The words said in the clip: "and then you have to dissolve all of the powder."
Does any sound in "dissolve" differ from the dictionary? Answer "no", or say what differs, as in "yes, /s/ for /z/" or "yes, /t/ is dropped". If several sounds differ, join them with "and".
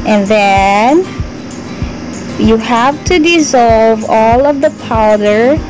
no